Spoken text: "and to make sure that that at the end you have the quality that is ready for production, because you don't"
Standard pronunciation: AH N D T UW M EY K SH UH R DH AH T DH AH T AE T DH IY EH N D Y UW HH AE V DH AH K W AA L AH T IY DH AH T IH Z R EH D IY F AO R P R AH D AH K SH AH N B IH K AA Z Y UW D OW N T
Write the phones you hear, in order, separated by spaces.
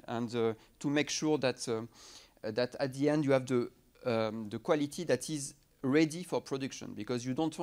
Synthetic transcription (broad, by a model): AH N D T UW M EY K SH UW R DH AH T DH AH T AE T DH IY EH N D Y UW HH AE V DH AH K W AA L AH T IY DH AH T IH Z R EH D IY F AO R P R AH D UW K SH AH N B IH K AA Z Y UW D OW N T